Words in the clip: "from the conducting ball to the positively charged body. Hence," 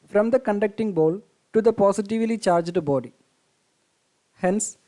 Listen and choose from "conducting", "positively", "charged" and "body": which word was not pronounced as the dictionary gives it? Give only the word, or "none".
positively